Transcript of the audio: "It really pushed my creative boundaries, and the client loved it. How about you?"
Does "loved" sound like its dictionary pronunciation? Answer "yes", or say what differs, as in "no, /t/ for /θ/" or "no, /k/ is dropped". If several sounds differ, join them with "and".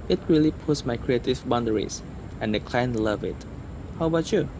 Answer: no, /d/ is dropped